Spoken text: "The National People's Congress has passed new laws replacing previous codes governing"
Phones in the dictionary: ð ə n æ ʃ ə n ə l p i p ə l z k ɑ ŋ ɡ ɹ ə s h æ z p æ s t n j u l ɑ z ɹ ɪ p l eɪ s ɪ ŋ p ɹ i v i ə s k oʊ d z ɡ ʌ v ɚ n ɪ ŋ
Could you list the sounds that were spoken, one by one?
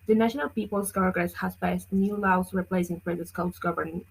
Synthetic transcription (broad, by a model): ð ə n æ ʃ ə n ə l p i p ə l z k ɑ ɡ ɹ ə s h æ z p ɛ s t n j u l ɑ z ɹ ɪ p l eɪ s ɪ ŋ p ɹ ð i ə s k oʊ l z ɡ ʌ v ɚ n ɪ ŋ